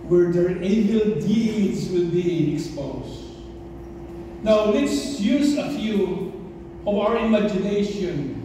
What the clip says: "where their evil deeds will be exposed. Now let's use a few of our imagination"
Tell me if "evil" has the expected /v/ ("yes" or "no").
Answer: no